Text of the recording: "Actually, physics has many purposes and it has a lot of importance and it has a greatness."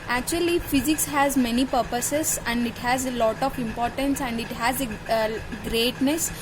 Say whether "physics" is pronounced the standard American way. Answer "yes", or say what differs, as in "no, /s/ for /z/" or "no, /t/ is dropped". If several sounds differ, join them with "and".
yes